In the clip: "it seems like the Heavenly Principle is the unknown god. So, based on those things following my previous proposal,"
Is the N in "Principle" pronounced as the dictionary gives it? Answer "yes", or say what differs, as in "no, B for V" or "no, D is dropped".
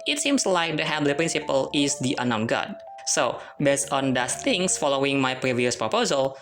yes